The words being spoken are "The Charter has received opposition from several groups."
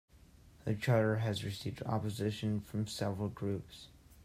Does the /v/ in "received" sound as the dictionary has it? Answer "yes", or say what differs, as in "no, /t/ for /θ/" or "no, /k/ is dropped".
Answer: yes